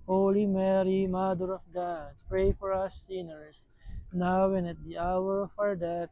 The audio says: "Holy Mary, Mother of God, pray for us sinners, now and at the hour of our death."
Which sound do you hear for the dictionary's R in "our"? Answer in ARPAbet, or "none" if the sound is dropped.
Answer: R